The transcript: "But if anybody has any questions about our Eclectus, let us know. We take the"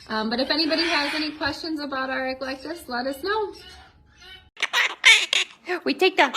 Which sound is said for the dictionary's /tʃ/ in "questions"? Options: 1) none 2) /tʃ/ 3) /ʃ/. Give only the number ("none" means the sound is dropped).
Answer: 2